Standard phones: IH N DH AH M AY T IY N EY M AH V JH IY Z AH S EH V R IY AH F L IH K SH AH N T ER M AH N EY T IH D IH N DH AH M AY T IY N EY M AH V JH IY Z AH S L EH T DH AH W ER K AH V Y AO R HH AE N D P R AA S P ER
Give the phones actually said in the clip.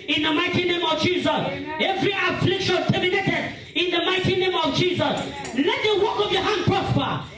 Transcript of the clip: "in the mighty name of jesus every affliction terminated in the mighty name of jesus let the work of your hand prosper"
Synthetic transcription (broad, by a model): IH N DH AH M AY T IY N EY M AH V JH IY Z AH S EH V R IY AH F L IH K SH AH N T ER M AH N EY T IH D IH N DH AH M AY T IY N EY M AH V JH IY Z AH S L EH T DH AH W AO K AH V Y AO HH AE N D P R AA S P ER